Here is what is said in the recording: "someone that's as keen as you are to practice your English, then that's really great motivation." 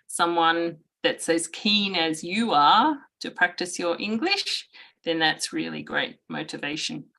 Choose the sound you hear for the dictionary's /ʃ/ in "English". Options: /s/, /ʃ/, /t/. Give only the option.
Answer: /ʃ/